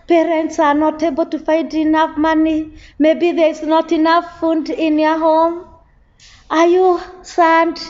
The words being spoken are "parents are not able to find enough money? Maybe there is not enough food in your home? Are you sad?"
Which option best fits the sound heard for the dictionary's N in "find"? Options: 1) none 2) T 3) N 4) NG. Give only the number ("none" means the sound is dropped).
1